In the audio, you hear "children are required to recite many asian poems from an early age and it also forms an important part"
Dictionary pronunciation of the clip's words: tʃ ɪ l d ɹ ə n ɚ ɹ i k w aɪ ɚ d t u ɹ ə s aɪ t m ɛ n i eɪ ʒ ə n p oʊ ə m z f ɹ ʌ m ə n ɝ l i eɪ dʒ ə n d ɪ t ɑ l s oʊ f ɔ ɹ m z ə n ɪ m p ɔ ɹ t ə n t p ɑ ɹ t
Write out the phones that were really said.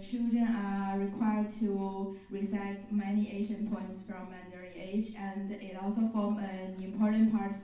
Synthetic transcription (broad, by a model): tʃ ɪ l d ɹ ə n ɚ ɹ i k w aɪ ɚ d t u ɹ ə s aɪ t m ɛ n i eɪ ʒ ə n p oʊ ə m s f ɹ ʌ m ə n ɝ i eɪ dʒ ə n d ɪ t ɑ l s oʊ f ɔ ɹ m ə n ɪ m p ɔ ɹ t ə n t p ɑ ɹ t